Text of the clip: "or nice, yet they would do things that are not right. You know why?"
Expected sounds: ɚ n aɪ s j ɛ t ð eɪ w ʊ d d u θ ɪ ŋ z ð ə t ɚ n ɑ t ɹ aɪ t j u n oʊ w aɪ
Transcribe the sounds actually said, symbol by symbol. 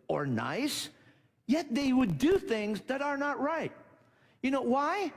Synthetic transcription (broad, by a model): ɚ n aɪ s j ɛ t ð eɪ w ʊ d d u θ ɪ ŋ z ð ə t ɚ n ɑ t ɹ aɪ t j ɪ n oʊ w aɪ